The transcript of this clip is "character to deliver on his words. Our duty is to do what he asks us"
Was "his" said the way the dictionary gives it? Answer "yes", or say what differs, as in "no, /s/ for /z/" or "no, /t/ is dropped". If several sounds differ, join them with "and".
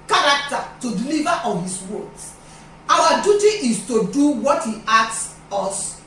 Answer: no, /s/ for /z/